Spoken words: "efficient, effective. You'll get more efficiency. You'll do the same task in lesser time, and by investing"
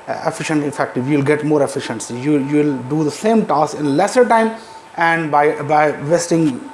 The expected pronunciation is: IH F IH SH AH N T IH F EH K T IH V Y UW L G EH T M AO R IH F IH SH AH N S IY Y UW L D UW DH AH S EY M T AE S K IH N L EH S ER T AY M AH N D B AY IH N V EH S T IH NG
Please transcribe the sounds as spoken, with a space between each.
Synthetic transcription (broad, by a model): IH F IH SH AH N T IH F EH K T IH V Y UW L G EH T M AO R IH F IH SH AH N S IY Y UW L D UW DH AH S EY M T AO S IH N L EH S ER T AY M AH N D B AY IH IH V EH S T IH NG